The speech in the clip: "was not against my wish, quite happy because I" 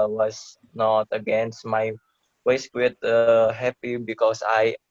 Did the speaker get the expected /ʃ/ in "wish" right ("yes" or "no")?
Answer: no